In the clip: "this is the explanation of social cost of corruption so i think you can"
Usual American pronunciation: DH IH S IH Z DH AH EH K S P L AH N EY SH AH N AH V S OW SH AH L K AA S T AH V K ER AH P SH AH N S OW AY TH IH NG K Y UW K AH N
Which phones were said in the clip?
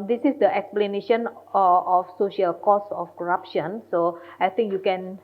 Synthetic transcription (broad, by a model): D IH S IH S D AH EH K S P L AH N EY SH AH N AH F S OW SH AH L K AA S AH F K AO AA P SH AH N S OW AY T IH NG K Y UW K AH N